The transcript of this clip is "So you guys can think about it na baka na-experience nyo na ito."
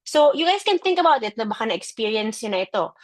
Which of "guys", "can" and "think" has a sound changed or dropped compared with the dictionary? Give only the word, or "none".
guys